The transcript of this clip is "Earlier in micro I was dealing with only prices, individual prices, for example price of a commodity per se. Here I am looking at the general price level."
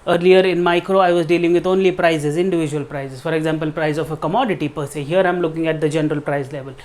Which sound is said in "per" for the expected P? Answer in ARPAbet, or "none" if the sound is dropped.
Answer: P